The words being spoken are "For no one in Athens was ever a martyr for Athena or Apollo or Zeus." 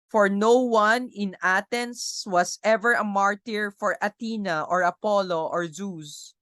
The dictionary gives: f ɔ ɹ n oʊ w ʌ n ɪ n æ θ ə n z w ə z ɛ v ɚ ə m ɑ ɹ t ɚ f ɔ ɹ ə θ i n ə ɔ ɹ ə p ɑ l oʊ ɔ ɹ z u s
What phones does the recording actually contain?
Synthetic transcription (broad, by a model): f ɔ ɹ n oʊ w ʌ n ɪ n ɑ t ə n s w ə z ɛ v ɚ ə m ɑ ɹ t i f ɔ ɹ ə t i n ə ɔ ɹ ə p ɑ l oʊ ɔ ɹ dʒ u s